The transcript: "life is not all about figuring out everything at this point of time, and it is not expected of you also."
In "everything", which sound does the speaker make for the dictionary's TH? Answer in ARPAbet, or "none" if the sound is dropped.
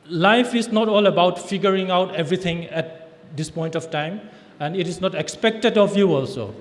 T